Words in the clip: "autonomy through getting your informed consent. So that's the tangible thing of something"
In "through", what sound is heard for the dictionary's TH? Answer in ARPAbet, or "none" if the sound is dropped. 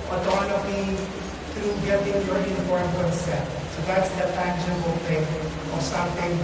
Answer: T